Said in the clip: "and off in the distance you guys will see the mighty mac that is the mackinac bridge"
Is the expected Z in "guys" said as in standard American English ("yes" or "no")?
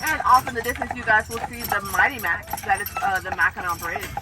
yes